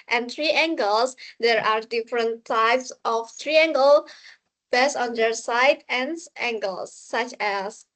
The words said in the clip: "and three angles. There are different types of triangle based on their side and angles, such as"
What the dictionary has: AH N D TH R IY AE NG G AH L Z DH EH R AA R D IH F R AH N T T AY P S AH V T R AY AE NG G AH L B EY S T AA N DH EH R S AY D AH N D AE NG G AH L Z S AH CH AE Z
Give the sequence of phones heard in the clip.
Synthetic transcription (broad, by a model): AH N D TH R IY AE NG G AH L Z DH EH R AA R D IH F R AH N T T AY P S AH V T R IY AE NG G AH L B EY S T AA N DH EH R S AY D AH N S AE NG G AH L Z S AH CH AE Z